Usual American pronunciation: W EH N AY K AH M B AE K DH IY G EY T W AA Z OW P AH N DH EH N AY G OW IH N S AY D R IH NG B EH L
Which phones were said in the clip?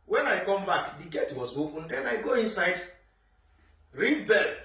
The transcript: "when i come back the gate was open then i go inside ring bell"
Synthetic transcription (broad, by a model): W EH N AY K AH M B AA K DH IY G EY T W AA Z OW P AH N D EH N AY G OW IH N S AY D R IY B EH L